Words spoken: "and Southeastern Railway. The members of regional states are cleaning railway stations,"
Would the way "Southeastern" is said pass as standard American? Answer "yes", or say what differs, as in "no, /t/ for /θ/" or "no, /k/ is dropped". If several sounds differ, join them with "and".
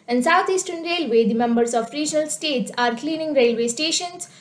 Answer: no, /t/ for /θ/